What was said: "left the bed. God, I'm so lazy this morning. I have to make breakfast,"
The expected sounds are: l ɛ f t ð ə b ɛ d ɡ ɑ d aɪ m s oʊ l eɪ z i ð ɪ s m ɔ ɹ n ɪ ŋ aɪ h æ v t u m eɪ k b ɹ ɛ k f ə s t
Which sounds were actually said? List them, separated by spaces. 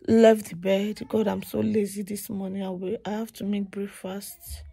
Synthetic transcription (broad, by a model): l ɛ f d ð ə b ɛ d ɡ ɑ d aɪ m s oʊ l eɪ z i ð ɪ s m ɔ n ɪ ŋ aɪ h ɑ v t u m eɪ k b ɹ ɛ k f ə s t